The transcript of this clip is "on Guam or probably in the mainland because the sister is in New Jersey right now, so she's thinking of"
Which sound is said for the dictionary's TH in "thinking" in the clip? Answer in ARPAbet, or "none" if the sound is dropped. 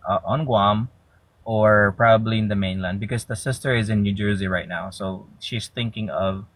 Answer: TH